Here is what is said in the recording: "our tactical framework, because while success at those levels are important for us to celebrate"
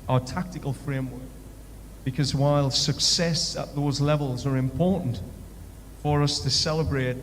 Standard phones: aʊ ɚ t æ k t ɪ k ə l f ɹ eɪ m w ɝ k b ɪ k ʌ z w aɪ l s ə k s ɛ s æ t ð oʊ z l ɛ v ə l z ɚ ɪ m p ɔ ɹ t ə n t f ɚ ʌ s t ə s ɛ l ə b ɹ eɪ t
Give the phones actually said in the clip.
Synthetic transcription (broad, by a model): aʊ ɚ t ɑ k t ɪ k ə l f ɹ eɪ m w ɝ k b ɪ k ʌ z w aɪ l s ə k s ɛ s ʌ t ð oʊ z l ɛ v ə l z ɚ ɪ m p ɔ ɹ t n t f ɚ ʌ s t ə s ɛ l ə b ɹ eɪ t